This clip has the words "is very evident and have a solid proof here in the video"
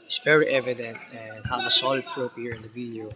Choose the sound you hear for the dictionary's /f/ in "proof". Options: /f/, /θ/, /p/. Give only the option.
/p/